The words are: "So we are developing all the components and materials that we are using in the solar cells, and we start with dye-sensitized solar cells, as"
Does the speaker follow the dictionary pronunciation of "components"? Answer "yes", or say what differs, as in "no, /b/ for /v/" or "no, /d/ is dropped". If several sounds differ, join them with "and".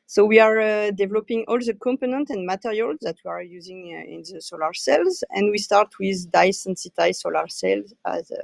no, /s/ is dropped